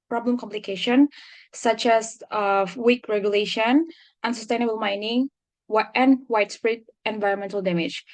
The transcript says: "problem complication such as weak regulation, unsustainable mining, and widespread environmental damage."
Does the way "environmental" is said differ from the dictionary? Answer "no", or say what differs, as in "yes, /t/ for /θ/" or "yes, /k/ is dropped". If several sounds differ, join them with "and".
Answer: no